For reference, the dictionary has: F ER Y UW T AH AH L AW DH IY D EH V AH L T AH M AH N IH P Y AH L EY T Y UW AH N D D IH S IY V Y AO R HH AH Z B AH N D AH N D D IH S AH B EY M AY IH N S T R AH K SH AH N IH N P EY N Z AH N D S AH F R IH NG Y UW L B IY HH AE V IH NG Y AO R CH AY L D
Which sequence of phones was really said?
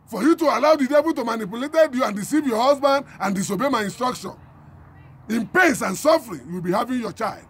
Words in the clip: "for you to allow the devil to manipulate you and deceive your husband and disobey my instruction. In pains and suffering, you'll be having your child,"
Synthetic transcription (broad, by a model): F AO Y UW T AH AH L AW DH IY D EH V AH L T AH M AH N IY P Y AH L EY T Y UW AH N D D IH S IY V Y AO HH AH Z B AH N D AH N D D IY S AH B EY M AY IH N S T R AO K SH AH N IH N P EY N S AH N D S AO F R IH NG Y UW W B IY HH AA V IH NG Y AO CH AY L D